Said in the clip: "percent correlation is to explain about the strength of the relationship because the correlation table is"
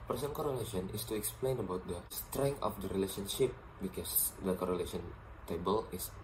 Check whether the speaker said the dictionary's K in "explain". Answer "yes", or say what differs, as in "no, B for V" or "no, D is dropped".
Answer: yes